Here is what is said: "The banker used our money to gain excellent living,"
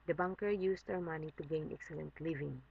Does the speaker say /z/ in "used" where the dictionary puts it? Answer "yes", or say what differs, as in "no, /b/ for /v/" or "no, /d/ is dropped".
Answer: no, /s/ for /z/